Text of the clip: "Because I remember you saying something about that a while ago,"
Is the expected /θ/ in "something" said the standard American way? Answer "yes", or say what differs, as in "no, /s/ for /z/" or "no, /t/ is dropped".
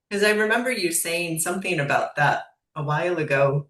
yes